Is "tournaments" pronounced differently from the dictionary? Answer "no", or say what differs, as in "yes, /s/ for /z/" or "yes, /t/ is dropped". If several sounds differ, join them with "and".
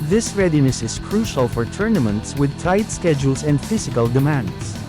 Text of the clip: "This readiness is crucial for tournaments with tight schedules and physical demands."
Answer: no